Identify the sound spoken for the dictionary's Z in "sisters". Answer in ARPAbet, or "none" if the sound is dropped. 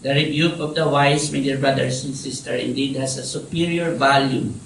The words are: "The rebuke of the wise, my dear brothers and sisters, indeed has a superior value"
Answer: none